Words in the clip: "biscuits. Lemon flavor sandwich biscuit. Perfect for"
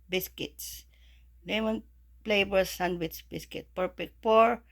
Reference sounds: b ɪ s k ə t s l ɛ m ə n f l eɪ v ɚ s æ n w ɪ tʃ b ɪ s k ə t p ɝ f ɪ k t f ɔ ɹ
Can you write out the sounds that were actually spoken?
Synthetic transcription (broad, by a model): b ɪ s k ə t s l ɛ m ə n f l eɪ b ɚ s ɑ n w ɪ s b ɪ s k ə t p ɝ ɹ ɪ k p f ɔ ɹ